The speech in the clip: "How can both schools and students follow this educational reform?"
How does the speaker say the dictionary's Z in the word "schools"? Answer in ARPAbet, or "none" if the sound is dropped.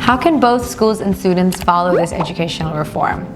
Z